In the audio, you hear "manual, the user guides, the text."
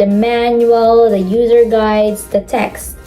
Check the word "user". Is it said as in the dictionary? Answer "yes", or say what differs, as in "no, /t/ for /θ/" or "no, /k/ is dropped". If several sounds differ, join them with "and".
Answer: yes